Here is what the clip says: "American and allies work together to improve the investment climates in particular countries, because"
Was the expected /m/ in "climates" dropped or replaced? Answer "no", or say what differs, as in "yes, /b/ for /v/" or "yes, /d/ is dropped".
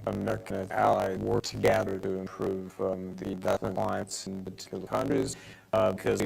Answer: yes, /m/ is dropped